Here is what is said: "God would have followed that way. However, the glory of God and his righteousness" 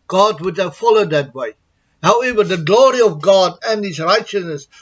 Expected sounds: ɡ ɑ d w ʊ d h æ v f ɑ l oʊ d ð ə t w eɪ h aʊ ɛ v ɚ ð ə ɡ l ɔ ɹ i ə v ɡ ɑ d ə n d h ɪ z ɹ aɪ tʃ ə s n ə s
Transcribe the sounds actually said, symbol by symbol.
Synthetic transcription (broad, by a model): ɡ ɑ d w ʊ d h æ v f ɑ l oʊ d ð ə t w eɪ h aʊ ɛ v ɚ ð ə ɡ l ɔ ɹ i ə v ɡ ɑ d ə n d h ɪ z ɹ aɪ tʃ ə s n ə s